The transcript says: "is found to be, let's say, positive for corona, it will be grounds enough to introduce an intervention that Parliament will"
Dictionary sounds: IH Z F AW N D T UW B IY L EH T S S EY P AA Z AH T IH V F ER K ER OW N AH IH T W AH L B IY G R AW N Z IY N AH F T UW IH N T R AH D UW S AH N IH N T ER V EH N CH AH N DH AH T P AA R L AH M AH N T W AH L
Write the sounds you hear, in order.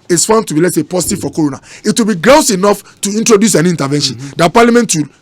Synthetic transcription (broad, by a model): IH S F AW N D T UW B IY L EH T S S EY P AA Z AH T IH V F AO K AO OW N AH IH T W AH L B IY G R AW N S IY N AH F T UW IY N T R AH D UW S AH N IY N T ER V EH N SH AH N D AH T P AA L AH M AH N T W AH L